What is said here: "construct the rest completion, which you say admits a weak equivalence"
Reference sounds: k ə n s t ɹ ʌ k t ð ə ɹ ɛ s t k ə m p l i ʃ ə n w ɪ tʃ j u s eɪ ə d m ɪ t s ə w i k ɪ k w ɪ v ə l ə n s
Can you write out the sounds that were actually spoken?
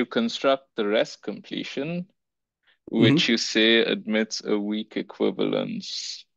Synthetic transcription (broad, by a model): k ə n s t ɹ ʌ k t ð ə ɹ ɛ s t k ə m p l i ʃ ə n w ɪ tʃ j u s eɪ ə d m ɪ t s ə w i k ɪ k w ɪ v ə l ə n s